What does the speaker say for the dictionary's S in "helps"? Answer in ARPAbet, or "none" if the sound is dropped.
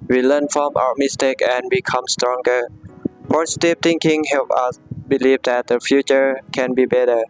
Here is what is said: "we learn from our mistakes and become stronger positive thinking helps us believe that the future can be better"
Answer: none